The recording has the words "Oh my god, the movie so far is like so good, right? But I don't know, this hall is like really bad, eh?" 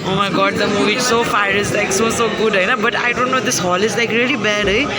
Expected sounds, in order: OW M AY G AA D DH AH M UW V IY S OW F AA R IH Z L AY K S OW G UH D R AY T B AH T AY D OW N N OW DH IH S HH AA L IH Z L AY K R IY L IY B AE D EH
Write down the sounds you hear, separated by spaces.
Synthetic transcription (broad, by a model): OW M AY G AA D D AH M UW V IY S OW F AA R IH Z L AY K S OW G UH D L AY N B AH T AY D OW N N OW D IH S HH AA L IH Z L AY K R IY L IY B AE D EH